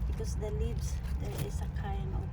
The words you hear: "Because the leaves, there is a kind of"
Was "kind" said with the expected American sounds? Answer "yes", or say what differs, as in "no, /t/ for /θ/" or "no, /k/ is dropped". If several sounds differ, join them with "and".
no, /d/ is dropped